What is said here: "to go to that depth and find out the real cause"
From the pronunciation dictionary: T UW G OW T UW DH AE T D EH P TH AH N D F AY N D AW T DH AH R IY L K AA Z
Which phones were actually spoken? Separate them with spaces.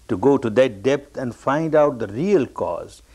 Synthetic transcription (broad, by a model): T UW G OW T UW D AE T D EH P T AH N D F AY N D AW T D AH R IY L K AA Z